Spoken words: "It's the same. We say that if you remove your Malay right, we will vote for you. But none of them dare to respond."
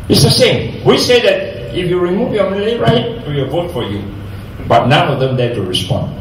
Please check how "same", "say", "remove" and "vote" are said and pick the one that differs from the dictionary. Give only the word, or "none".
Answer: none